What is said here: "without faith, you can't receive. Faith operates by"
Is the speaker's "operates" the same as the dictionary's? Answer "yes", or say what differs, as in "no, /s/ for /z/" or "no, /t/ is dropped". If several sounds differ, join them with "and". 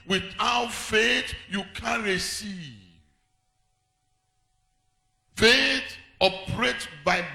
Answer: no, /s/ is dropped